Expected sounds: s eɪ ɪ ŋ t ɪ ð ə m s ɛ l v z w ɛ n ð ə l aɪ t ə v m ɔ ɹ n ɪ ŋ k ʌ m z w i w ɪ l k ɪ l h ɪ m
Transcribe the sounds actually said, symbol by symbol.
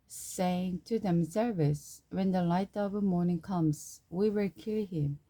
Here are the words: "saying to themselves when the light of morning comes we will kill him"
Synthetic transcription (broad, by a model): s eɪ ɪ ŋ t ɪ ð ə m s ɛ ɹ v s w ɛ n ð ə l aɪ t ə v m ɔ ɹ n ɪ ŋ k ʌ m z w i w ɪ l k ɪ l h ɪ m